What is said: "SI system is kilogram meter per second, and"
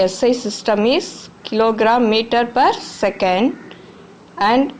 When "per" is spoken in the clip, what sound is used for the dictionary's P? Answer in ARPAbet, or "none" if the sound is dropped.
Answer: P